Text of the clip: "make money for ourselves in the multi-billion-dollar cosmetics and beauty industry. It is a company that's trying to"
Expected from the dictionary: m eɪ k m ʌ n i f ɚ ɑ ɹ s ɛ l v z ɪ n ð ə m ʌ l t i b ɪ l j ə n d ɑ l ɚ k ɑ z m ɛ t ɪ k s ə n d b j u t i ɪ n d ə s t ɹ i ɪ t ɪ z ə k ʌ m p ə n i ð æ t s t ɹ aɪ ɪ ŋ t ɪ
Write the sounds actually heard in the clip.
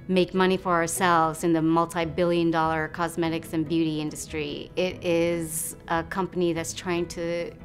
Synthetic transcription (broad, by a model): m eɪ k m ʌ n i f ɚ ɑ ɹ s ɛ l v z ɪ n ð ə m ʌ l t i b ɪ l j ə n d ɑ l ɚ k ɑ z m ɛ t ɪ k s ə n b j u t i ɪ n d ə s t ɹ i ɪ t ɪ z ə k ʌ m p ə n i ð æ t s t ɹ aɪ ɪ ŋ t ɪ